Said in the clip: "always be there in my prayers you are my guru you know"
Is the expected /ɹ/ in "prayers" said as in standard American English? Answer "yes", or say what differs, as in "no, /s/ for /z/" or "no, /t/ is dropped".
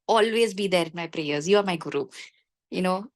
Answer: yes